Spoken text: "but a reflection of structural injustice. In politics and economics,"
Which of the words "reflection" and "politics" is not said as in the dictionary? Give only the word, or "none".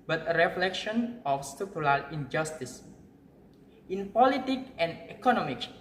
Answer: politics